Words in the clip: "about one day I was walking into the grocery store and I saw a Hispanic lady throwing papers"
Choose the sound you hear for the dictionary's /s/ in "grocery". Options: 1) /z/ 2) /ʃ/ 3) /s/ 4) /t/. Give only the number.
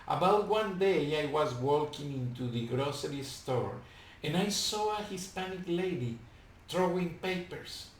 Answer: 3